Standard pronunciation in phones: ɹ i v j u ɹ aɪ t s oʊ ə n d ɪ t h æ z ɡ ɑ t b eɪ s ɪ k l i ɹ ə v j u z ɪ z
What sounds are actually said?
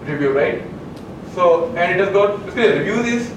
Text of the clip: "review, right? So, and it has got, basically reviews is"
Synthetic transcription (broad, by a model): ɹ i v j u ɹ aɪ t s oʊ ə n d ɪ t h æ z ɡ ɑ t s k i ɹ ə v j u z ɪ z